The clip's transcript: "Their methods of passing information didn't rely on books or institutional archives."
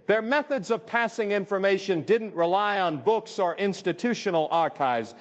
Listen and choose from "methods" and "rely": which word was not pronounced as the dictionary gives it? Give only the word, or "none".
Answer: none